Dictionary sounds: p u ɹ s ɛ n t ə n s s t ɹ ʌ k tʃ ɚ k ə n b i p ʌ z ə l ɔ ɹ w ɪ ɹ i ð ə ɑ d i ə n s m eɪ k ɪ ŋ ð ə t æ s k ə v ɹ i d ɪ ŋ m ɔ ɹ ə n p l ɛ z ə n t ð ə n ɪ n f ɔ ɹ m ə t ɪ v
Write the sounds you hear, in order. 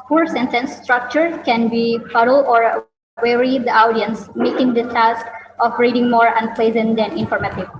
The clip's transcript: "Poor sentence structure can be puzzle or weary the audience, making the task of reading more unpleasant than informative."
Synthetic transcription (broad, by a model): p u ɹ s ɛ n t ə n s s t ɹ ʌ k tʃ ɚ k ə n b i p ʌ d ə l ɔ ɹ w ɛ ɹ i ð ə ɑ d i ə n s m eɪ k ɪ ŋ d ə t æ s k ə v ɹ i d ɪ ŋ m ɔ ɹ ə n p l ɛ z ə n t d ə n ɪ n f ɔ ɹ m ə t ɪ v